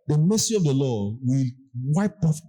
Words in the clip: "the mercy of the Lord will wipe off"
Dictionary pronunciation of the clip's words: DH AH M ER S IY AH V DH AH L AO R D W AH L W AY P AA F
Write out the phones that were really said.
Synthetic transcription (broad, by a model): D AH M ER S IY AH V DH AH L AO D W AH L W AY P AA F